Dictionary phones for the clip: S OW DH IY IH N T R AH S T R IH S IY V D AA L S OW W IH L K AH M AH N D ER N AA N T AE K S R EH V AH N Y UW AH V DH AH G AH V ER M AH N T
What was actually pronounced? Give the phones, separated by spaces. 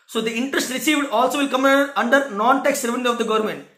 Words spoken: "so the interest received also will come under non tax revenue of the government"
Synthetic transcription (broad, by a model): S OW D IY IH N T R AH S T R IH S IY V D AA L S OW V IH L K AH M AH N D ER N AA N T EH K S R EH V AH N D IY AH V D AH G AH V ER M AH N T